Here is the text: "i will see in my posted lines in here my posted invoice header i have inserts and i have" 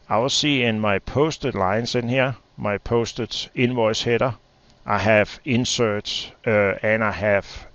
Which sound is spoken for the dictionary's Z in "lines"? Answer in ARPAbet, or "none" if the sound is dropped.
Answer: S